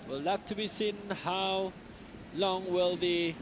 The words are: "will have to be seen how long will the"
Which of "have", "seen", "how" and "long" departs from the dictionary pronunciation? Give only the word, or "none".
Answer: have